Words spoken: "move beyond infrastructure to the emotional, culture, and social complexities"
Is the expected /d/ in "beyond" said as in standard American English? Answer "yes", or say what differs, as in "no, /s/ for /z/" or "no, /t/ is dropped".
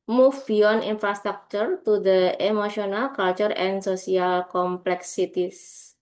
no, /d/ is dropped